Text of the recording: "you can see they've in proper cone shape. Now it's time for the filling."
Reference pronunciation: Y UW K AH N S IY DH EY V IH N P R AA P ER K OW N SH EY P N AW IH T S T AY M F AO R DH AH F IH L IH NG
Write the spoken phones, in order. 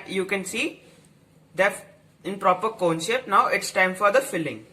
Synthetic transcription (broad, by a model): Y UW K AH N S IY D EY IH N P R AA P ER K OW N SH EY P N AW IH T S T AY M F AO R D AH F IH L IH NG